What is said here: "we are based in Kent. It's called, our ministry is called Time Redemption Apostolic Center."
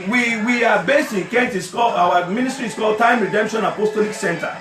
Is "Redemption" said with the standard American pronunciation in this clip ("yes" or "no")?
yes